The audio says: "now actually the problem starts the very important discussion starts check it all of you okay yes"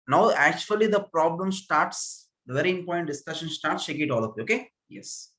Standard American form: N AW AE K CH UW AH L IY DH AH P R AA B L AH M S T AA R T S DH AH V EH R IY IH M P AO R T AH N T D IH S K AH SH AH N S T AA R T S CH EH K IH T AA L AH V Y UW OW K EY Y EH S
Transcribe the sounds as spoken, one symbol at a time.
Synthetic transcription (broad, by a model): N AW AE K CH UW AH L IY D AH P R AA B L AH M S T AA R T S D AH V EH R IY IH M P AO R T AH N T D IH S K AH SH AH N S T AA R T S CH EH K IH T AA L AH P OW K EY Y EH S